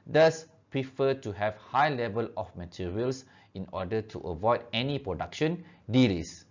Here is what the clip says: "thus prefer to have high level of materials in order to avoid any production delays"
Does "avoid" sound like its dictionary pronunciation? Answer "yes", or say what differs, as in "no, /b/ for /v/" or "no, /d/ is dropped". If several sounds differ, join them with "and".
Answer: yes